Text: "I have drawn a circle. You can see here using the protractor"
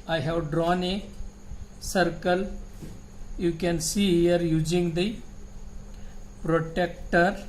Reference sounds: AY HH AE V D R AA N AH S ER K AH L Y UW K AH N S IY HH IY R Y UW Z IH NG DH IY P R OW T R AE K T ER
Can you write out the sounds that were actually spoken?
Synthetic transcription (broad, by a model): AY HH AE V D R AA N AH S ER K AH L Y UW K AH N S IY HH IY R Y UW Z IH NG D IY P R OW T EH K T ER